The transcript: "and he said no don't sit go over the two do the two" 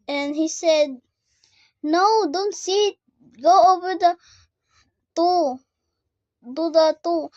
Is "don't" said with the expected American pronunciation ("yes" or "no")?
yes